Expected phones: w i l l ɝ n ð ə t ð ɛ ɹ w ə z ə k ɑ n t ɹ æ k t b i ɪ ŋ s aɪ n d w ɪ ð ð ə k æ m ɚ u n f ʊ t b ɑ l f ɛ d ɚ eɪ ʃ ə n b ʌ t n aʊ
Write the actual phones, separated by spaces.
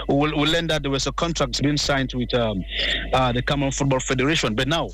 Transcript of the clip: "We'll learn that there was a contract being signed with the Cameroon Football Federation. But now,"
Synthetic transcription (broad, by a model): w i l l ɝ n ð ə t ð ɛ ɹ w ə s ə k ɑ n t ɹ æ k t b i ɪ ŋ s aɪ n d w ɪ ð ð ə k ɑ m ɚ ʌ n f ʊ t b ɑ l f ɛ d ɚ eɪ ʃ ə n b ʌ t n aʊ